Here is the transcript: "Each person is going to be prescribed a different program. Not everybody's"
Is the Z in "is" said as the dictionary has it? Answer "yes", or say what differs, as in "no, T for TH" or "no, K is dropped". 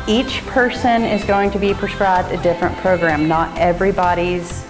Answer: yes